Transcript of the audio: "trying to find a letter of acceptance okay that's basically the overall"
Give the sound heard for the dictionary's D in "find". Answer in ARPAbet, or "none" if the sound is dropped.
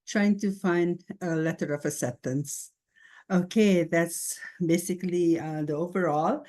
D